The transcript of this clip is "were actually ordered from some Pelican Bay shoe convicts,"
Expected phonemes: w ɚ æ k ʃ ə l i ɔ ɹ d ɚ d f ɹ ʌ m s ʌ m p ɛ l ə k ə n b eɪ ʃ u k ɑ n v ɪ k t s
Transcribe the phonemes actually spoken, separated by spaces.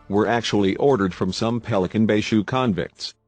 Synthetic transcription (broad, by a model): w ɚ æ k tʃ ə l i ɔ ɹ d ɚ d f ɹ ʌ m s ʌ m p ɛ l ə k ə n b eɪ ʃ u k ɑ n v ɪ k t s